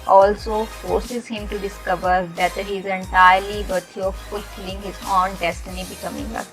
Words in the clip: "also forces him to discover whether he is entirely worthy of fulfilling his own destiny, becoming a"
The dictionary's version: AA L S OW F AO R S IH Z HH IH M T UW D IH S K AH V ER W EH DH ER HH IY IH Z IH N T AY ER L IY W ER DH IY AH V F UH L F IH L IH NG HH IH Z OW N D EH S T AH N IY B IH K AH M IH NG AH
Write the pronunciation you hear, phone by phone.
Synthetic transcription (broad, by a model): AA L S OW F AO R S IH Z HH IH M T UW D IH S K AH V ER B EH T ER HH IY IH Z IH N T AY ER L IY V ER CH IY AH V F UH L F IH L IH NG HH IH Z OW N D EH S T AH N IY B IH K AH M IH NG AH